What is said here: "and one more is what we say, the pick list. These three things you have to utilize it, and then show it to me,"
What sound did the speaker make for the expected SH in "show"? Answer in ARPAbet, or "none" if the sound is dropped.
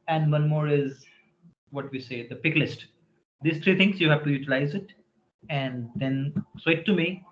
S